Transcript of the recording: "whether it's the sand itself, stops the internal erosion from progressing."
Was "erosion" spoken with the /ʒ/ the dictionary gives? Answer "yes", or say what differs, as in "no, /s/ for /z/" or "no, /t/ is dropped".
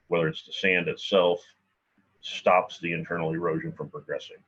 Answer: yes